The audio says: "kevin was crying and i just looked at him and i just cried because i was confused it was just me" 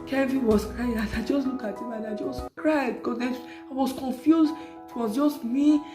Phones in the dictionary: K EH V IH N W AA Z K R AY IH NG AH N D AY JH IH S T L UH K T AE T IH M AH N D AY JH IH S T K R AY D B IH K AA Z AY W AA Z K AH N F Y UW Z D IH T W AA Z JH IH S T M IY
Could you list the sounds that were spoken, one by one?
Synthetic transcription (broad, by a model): K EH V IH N W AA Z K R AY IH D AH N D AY JH IH S T L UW K AE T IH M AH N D AY JH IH S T K R AY D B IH K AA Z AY W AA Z K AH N F Y UW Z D IH T W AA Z JH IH S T M IY